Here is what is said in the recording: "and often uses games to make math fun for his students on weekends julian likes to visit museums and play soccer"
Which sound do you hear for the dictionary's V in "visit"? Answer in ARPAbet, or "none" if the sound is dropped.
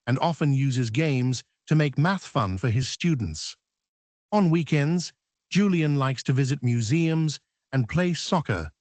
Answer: V